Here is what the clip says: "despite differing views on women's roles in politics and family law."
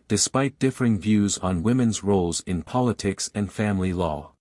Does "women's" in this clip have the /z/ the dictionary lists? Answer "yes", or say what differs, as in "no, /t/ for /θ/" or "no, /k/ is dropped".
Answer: yes